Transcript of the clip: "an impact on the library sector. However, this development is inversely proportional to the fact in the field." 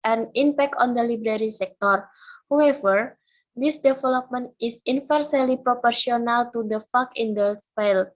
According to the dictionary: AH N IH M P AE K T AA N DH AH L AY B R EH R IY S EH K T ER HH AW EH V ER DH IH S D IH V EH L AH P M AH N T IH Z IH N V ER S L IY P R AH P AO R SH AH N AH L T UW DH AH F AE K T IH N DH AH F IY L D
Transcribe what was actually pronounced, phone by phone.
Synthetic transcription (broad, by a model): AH N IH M P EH K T AA N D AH L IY B R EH R IY S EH K T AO HH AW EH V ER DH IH S D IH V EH L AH P M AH N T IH S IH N F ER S L IY P R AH P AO R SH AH N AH L T UW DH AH F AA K IH N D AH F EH L